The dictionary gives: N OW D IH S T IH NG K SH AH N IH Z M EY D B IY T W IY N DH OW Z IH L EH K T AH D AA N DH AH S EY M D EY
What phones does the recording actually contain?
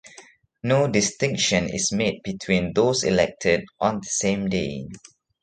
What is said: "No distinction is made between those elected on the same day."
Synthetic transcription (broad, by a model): N OW D IH S T IH NG K SH AH N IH S M EY D B IY T W IY N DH OW S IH L EH K T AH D AA N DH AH S EY M D EY